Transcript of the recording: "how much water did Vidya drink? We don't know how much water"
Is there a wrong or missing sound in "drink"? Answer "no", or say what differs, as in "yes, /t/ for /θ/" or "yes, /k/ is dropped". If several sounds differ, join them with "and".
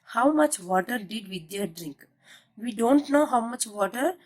no